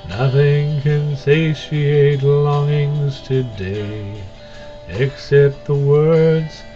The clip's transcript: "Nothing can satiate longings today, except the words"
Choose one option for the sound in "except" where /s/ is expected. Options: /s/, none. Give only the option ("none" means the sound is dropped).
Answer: /s/